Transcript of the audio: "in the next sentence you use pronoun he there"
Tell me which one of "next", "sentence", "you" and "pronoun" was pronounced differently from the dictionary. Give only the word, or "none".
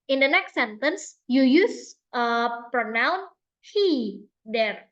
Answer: none